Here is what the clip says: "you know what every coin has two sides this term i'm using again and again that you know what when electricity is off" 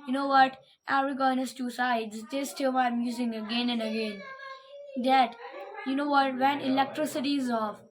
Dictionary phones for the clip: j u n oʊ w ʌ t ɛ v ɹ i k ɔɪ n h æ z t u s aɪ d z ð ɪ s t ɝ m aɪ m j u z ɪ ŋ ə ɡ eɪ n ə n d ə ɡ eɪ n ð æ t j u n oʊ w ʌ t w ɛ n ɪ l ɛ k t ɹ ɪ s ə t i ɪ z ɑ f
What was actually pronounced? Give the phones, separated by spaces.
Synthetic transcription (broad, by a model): j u n oʊ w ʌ t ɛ ɹ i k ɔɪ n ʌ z t u s aɪ d z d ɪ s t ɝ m aɪ m j u z ɪ ŋ ə ɡ eɪ n ə n d ə ɡ eɪ n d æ t j u n oʊ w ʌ t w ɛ n ɪ l ɛ k t ɹ ɪ s ə t i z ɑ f